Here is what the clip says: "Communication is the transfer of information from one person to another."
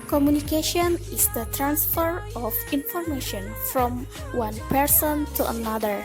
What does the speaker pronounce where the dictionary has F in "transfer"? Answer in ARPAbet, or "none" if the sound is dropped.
F